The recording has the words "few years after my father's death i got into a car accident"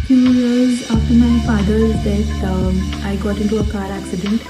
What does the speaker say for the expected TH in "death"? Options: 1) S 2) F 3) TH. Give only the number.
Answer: 1